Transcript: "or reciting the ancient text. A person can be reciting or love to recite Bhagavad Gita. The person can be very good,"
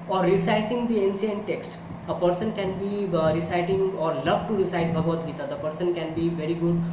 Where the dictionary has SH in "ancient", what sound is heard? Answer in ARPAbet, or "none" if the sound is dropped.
S